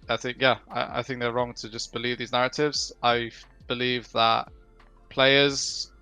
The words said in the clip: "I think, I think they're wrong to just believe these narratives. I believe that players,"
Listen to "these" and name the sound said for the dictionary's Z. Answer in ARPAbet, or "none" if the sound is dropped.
Z